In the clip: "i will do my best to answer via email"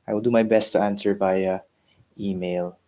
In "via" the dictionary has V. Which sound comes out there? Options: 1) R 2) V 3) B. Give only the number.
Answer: 3